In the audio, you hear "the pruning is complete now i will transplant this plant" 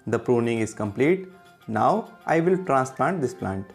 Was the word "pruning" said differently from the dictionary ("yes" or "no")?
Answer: no